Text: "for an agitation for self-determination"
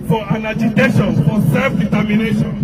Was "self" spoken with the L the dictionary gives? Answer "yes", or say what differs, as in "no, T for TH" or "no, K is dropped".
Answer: yes